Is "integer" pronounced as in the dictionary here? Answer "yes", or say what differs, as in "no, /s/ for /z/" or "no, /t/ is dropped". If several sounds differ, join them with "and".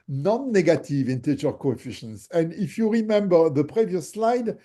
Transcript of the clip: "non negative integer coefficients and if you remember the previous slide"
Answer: no, /tʃ/ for /dʒ/